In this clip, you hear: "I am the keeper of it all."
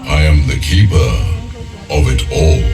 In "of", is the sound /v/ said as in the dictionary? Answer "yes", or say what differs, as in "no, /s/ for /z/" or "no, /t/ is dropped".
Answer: yes